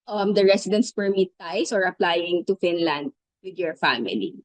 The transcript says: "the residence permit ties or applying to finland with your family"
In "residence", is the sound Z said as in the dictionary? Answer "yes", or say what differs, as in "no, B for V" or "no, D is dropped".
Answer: no, S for Z